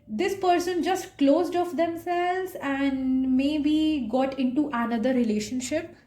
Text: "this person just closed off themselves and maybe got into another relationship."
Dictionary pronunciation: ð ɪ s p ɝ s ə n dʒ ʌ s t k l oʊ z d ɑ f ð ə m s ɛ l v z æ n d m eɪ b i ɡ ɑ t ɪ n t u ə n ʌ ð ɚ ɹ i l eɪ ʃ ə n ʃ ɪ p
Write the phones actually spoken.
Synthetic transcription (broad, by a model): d ɪ s p ɝ s ə n dʒ ʌ s t k l oʊ z d ɑ f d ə m s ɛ l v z æ n d m eɪ b i ɡ ɑ t ɪ n t u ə n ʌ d ɚ ɹ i l eɪ ʃ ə n ʃ ɪ p